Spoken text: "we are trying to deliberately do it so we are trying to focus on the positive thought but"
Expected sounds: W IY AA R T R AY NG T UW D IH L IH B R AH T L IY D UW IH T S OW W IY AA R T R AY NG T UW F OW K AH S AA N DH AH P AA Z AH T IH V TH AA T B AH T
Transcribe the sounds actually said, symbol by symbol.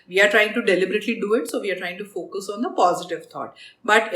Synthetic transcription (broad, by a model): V IY AA R T R AY NG T UW D IH L IH B R AH T L IY D UW IH T S OW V IY AA R T R AY NG T UW F OW K AH S AA N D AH P AA Z AH T IH V T AA T B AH T